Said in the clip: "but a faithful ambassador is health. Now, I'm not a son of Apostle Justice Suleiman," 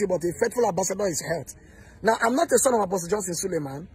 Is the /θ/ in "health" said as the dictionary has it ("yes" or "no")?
no